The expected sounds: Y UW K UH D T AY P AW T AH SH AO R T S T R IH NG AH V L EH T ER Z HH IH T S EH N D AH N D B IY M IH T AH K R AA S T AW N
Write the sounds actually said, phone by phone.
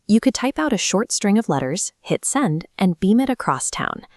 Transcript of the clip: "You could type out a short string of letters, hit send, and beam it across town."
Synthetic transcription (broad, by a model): Y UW K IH D T AY P AW T AH SH AO R T S T R IH NG AH V L EH T ER Z HH IH T S EH N D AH N B IY M IH T AH K R AA S T AW N